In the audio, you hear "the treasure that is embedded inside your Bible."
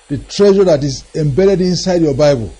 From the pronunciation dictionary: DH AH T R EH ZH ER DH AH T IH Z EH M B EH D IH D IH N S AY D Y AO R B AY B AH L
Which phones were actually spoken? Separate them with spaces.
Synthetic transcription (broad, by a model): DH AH T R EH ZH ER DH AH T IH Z EH M B EH D IH D IH N S AY D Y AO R B AY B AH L